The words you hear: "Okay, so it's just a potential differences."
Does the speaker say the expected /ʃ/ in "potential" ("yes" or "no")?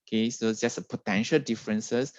yes